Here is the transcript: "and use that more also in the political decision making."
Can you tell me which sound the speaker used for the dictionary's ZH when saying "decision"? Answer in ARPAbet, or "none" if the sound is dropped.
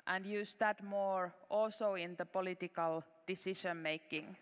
SH